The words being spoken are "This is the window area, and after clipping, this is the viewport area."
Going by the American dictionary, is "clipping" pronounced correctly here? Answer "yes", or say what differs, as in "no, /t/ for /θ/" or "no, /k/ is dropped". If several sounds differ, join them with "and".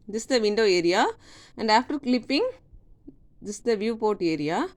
yes